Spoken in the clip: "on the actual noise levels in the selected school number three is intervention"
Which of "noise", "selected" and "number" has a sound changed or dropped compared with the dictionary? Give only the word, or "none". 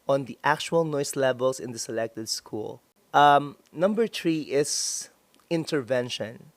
noise